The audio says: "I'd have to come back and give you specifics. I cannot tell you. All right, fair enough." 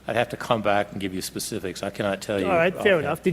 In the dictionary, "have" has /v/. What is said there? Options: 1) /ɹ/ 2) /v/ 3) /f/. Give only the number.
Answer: 3